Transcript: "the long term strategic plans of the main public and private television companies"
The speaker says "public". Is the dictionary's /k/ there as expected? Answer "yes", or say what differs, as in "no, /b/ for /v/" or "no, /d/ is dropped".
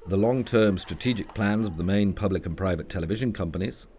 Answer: yes